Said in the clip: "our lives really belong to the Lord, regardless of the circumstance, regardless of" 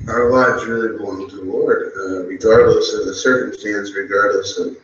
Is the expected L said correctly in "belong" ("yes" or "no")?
no